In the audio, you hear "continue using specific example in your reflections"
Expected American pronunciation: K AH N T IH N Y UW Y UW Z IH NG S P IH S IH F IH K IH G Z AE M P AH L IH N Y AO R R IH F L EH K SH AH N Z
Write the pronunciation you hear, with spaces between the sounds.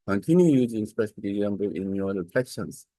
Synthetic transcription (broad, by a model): K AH N T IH N Y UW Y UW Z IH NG S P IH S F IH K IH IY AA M B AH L IH N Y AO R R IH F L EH K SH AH N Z